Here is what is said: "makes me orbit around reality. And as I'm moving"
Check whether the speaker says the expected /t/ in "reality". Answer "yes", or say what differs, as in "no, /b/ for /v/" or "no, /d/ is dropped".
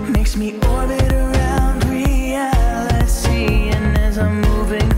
no, /s/ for /t/